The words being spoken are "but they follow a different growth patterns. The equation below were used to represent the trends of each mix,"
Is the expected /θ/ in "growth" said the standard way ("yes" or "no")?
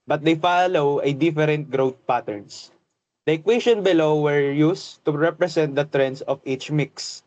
no